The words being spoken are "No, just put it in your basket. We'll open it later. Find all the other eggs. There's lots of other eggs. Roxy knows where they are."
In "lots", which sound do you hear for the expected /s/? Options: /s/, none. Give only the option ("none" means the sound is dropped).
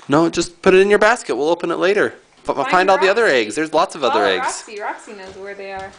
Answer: /s/